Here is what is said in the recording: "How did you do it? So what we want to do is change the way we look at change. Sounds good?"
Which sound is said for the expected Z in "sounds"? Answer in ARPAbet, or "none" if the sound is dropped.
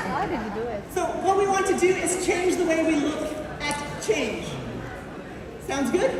Z